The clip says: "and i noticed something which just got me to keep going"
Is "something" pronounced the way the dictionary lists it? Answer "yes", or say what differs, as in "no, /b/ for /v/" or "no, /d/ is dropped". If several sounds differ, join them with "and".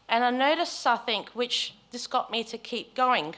no, /m/ is dropped